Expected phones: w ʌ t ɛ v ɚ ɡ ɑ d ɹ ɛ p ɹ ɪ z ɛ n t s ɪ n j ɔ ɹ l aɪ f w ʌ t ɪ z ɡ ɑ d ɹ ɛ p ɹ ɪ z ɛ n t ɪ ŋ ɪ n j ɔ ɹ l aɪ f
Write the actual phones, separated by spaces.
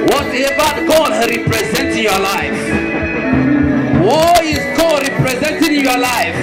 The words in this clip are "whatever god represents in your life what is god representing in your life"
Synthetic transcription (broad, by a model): w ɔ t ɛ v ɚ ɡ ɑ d ɹ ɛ p ɹ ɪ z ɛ n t ɪ n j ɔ l aɪ f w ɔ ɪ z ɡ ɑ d ɹ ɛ p ɹ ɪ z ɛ n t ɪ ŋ ɪ n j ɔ l aɪ f